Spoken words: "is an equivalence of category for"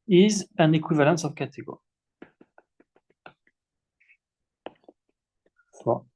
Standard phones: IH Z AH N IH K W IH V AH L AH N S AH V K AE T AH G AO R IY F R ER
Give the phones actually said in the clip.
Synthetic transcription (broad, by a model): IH Z AH N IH K W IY V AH L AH S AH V K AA T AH G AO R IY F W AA